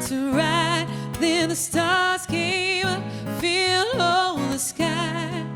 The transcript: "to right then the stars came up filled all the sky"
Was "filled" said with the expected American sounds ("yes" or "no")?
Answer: no